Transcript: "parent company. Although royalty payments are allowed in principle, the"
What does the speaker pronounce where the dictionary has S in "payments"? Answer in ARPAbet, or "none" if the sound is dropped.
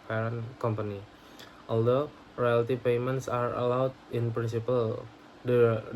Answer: S